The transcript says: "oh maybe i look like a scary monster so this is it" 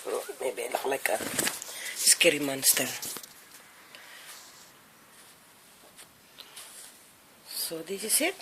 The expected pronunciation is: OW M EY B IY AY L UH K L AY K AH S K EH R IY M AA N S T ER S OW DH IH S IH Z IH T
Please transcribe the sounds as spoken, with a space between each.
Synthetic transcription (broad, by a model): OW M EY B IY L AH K L AY K AH S K EH R IY M AA N S T ER S OW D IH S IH S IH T